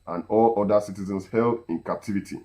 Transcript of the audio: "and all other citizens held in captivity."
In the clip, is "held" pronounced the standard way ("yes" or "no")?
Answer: yes